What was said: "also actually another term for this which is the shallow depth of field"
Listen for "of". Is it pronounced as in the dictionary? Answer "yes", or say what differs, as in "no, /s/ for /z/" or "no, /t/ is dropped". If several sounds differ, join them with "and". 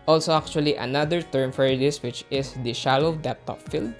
no, /p/ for /v/